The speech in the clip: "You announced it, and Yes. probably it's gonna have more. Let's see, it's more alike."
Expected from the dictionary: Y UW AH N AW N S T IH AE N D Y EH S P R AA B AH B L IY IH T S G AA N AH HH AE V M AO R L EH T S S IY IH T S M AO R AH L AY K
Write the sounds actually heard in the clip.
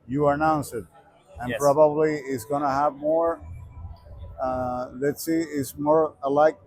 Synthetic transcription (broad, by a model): Y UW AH N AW N S IH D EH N P R AA B AH B L IY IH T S G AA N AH HH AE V M AO R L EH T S S IY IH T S M AO R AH L AY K